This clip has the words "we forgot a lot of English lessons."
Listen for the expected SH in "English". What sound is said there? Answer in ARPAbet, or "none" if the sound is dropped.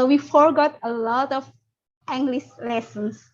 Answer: S